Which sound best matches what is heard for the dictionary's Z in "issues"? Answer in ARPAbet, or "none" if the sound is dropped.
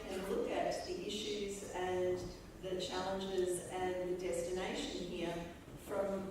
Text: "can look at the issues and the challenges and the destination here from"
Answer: Z